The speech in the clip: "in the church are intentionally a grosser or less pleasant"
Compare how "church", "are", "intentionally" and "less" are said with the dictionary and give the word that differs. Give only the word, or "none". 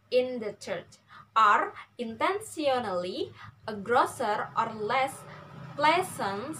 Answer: intentionally